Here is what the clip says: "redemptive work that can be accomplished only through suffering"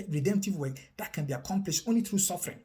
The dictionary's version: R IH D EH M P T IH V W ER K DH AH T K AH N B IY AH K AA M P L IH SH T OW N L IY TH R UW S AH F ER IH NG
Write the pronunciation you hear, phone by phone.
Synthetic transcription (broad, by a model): R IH D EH M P T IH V W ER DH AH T K AH N B IY AH K AA M P L IH SH T OW N L IY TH R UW S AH F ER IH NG